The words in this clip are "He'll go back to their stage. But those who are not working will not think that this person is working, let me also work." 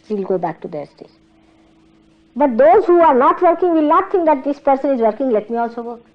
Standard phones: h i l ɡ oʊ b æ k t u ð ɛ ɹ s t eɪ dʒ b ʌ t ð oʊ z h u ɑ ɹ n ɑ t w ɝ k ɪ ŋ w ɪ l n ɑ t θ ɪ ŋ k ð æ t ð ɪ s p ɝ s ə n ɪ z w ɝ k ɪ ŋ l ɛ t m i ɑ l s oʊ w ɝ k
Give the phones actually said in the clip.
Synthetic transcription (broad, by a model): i l ɡ oʊ b æ k t u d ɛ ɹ s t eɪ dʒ b ʌ t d oʊ z h u ɑ ɹ n ɑ t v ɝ k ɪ ŋ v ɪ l n ɑ t t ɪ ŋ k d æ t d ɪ s p ɝ s ə n ɪ z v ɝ k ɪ ŋ l ɛ t m i ɑ l s oʊ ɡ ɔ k